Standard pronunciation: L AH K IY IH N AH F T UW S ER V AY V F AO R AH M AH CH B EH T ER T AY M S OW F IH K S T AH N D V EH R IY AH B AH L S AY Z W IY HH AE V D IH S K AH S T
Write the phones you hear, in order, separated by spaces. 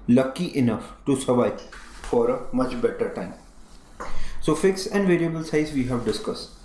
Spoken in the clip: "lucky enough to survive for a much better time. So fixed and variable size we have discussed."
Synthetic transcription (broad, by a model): L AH K IY IH N AH F T UW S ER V AY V F AO R AH M AH CH B EH T ER T AY M S OW F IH K S AH N D V EH R IY AH B AH L S AY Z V IY HH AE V D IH S K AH S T